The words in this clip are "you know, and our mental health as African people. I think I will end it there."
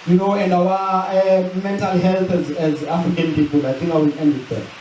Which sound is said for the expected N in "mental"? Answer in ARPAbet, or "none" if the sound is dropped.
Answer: N